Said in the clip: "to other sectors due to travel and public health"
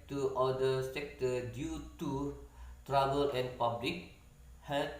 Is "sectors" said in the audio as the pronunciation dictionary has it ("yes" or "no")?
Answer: no